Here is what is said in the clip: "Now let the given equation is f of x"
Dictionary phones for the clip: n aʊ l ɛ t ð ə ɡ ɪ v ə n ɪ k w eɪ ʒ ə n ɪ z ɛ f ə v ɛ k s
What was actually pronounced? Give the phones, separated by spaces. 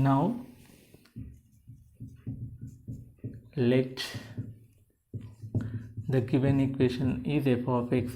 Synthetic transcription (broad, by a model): n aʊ l ɛ t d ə ɡ ɪ v ə n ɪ k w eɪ ʃ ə n ɪ z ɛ p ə f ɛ k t